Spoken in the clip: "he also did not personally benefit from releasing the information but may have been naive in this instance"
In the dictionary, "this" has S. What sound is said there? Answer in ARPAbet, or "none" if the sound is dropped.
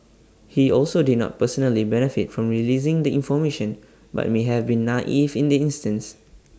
none